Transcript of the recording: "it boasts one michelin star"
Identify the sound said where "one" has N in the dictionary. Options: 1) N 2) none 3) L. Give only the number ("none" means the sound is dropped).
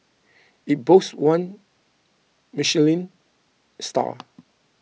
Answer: 1